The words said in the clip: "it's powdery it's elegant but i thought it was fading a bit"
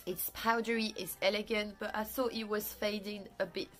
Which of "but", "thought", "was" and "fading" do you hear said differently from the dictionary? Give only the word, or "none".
none